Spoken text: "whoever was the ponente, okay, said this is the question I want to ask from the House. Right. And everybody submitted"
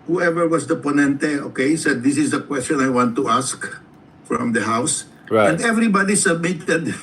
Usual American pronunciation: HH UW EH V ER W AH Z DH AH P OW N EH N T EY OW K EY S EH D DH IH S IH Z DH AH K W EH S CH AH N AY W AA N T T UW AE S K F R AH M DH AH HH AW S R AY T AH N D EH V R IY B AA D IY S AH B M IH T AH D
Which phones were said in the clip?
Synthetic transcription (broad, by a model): HH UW EH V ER W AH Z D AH P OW N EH N T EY OW K EY S EH D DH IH S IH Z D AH K W EH S CH AH N AY W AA N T T UW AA S K F R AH M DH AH HH AW S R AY AH N D EH V R IY B AA D IY S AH B M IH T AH D